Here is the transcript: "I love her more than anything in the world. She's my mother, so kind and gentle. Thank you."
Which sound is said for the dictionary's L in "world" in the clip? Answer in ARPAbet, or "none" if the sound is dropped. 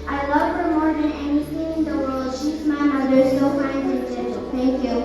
L